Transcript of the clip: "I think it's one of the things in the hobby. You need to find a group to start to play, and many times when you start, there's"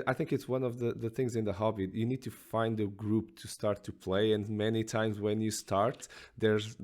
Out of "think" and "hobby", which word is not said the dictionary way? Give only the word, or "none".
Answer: none